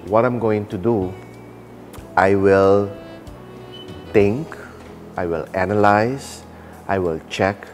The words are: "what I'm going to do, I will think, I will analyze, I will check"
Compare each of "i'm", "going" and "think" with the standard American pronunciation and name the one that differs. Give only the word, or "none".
think